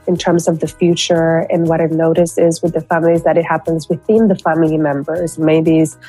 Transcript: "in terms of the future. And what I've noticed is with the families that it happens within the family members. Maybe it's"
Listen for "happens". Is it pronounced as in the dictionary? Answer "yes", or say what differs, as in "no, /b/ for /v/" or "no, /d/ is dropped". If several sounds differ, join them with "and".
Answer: yes